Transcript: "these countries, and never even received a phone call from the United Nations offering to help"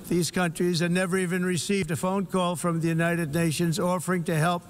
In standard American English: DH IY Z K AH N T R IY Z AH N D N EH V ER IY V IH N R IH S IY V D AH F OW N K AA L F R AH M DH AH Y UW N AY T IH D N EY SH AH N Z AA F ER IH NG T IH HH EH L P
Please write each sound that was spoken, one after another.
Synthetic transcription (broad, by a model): DH IY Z K AH N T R IY Z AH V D N EH V ER IY V IH N R IH S IY V D AH F OW N K AA L F R AH M DH AH Y UW N AY T IH D N EY SH AH N Z AA F ER IH NG T IH HH EH L P